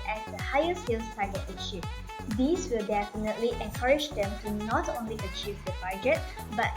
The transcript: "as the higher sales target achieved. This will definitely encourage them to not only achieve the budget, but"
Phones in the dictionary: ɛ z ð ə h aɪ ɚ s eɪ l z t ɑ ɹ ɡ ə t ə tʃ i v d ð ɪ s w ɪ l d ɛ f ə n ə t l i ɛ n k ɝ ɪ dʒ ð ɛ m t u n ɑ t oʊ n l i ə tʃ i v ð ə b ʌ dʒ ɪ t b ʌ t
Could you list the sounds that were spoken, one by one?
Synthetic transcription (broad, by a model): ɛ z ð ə h aɪ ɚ s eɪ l s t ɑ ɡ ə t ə ʃ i d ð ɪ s w ɪ l d ɛ f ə n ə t l i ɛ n k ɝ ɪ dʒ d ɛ m t u n ɑ t oʊ n l i ə tʃ i v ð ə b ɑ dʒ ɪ t b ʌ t